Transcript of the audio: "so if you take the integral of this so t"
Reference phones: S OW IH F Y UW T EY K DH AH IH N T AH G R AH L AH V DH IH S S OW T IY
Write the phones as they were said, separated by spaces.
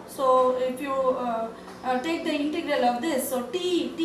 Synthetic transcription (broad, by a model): S OW IH F Y UW T EY K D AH IH N T AH G R AH L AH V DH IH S S OW T IY